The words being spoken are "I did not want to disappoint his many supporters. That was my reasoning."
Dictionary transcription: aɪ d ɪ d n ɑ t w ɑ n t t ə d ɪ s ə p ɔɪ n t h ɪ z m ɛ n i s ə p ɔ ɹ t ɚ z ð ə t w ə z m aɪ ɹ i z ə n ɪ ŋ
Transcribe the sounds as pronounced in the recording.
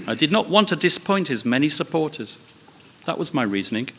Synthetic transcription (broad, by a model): aɪ d ɪ d n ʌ t w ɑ n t t ə d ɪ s p ɔɪ n t h ɪ z m ɛ n i s ə p ɔ ɹ t ɚ z ð ə t w ə z m aɪ ɹ i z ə n ɪ ŋ